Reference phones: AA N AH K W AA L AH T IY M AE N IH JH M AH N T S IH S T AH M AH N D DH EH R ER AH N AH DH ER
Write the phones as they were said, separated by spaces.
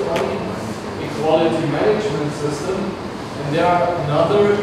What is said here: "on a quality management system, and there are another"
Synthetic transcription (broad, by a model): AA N AH K W AA L AH T IY M AE N IH JH M AH N T S IH S T AH M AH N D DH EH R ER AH N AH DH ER